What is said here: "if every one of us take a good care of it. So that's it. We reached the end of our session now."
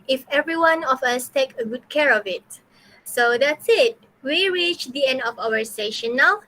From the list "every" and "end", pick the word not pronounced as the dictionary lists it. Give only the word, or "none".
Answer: none